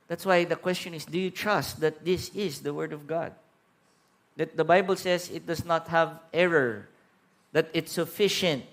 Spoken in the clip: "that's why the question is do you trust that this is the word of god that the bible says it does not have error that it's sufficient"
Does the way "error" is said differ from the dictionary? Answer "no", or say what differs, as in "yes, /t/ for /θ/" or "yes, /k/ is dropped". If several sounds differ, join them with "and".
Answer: no